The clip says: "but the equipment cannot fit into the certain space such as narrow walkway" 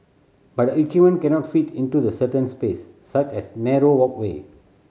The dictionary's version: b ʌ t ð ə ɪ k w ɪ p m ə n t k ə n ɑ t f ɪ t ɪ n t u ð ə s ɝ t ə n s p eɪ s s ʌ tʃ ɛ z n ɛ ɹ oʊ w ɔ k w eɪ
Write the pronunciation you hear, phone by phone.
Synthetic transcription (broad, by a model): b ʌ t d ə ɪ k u m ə n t k ə n ɑ t f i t ɪ n t u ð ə s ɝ t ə n s p eɪ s s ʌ tʃ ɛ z n ɛ ɹ oʊ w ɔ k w eɪ